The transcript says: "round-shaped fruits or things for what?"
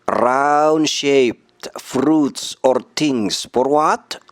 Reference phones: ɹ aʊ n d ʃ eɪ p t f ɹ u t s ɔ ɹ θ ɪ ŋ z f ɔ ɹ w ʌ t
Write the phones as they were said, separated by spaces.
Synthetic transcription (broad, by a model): ɹ aʊ n ʃ eɪ p t f ɹ u t s ɔ ɹ t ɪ ŋ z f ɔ ɹ w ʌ t